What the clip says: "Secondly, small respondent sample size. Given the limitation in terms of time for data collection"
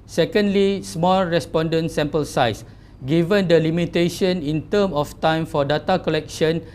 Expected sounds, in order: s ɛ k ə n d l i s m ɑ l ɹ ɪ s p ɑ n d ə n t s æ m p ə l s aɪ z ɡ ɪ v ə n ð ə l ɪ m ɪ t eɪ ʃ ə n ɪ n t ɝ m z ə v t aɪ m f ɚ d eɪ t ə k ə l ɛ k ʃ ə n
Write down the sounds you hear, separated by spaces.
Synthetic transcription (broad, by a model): s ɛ k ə n d l i s m ɑ l ɹ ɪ s p ɑ n d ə n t s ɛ m p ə l s aɪ s ɡ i v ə n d ə l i m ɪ t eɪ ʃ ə n ɪ n t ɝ m ə f t aɪ m f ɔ d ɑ t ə k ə l ɛ k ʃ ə n